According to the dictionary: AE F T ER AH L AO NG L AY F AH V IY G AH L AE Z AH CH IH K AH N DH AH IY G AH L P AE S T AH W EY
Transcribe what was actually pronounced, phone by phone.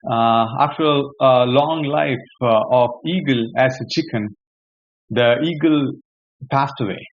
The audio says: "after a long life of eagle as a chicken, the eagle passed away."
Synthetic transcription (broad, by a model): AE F T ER AH L AO NG L AY F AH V IY G AH L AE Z AH CH IH K AH N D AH IY G AH L P AE S T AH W EY